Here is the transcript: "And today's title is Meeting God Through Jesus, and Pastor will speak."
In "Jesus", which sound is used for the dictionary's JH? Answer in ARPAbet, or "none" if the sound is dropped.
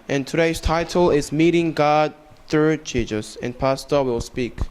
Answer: CH